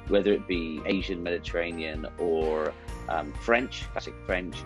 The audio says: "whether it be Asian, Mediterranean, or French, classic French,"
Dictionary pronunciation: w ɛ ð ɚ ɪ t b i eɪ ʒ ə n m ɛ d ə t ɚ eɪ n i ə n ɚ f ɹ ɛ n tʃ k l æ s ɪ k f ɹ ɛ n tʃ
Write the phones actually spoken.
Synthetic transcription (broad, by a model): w ɛ ð ɚ ɪ t b i eɪ ʒ ə n m ɛ d ə t ɚ eɪ n i ə n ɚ f ɹ ɛ n tʃ k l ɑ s ɪ k f ɹ ɛ n tʃ